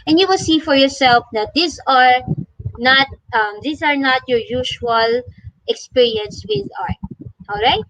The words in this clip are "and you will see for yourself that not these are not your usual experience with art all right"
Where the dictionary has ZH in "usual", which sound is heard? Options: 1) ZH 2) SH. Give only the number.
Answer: 2